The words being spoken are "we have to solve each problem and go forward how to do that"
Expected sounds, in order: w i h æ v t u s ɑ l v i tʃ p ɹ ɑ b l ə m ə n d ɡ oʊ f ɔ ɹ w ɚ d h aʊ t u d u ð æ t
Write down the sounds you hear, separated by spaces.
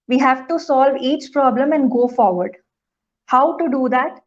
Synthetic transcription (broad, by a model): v i h æ v t u s ɑ l v i tʃ p ɹ ɑ b l ə m ə n d ɡ oʊ f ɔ ɹ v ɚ d h aʊ t u d u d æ t